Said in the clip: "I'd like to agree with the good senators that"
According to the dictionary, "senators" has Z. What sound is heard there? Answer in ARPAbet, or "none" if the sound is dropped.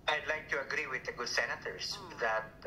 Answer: S